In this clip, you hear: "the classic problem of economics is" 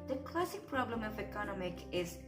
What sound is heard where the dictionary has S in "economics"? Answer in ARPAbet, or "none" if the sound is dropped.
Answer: none